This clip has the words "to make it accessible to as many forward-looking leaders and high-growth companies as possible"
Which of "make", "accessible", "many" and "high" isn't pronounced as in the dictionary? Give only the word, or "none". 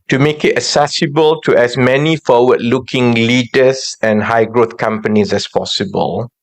accessible